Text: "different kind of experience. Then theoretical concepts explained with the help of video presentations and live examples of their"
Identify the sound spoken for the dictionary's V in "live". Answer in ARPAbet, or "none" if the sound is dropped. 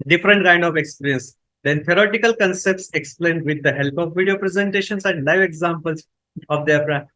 V